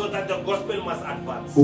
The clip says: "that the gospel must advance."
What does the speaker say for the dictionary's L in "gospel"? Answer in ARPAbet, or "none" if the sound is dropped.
L